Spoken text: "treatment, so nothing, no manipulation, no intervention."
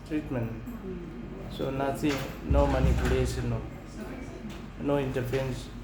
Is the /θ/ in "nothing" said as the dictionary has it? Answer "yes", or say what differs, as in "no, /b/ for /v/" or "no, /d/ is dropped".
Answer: no, /s/ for /θ/